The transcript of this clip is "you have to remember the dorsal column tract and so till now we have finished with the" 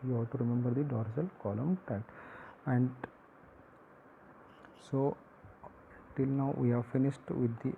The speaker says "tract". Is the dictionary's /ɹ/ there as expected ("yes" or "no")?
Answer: no